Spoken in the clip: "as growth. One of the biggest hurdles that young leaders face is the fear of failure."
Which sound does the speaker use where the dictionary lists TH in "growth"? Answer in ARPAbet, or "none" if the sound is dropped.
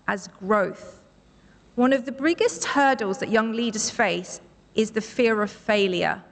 TH